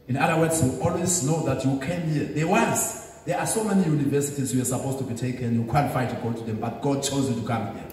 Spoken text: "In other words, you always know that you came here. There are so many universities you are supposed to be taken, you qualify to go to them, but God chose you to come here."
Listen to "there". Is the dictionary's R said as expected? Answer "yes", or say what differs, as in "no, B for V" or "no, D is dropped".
no, W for R